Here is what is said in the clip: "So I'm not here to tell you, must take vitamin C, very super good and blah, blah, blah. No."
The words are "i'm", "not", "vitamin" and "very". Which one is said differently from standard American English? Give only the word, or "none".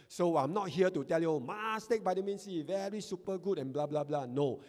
vitamin